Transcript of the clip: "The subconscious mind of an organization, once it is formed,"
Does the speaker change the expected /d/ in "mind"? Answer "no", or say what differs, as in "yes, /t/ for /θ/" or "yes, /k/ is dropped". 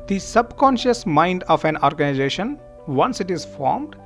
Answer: no